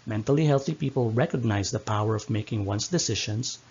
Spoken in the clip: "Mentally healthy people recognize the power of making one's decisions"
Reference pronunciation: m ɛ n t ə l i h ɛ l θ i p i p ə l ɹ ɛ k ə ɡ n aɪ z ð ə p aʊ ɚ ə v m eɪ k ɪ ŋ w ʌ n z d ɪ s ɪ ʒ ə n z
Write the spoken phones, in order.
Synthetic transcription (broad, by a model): m ɛ n t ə l i h ɛ l θ i p i p ə l ɹ ɛ k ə ɡ n aɪ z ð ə p aʊ ɚ ə v m eɪ k ɪ ŋ w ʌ n s d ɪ s ɪ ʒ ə n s